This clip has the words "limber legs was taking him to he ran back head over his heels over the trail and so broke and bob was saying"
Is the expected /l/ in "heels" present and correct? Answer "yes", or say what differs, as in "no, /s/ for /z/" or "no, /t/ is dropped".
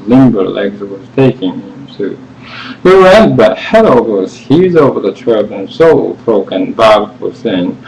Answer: no, /l/ is dropped